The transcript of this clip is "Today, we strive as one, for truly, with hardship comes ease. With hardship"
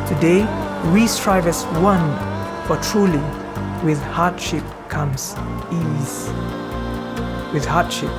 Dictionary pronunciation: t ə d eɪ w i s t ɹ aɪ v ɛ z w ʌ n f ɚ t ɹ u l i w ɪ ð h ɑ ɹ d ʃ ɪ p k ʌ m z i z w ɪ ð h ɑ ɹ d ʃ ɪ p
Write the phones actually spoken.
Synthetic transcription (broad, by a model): t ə d eɪ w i s t ɹ aɪ v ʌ s w ʌ n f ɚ t ɹ u l i w ɪ ð h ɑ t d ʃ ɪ p k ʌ m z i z w ɪ ð h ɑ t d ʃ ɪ p